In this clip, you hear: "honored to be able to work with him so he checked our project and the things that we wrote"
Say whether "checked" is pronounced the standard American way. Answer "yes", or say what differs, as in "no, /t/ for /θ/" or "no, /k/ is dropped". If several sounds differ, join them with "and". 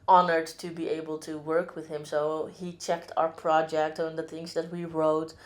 yes